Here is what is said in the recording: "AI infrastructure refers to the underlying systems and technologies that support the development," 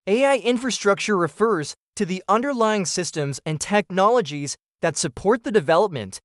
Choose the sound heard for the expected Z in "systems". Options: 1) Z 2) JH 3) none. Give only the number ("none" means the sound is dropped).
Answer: 1